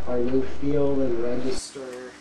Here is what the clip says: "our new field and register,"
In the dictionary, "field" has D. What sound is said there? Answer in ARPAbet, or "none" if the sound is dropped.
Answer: none